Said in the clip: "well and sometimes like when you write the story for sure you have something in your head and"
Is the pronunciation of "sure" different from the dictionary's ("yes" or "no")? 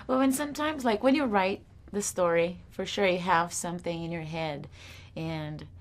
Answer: no